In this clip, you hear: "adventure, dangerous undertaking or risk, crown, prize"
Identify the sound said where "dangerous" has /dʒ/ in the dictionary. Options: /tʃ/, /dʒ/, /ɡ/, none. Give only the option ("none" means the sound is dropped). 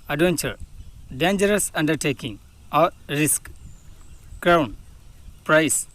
/dʒ/